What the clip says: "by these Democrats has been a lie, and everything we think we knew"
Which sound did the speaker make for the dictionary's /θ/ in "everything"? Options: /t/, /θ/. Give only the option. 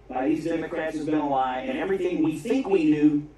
/θ/